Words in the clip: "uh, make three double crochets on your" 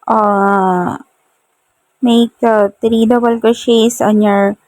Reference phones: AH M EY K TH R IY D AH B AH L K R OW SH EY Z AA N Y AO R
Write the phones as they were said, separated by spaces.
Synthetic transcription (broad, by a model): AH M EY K T R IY D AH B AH L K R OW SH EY S AA N Y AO R